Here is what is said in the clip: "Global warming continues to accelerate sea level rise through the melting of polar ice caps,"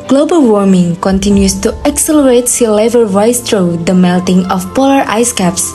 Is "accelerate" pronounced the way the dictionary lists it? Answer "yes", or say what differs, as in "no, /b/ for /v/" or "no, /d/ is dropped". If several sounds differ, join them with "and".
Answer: yes